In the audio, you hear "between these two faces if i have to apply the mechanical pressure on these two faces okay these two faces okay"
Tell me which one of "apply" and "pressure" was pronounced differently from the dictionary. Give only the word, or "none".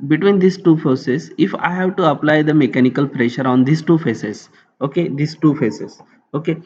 none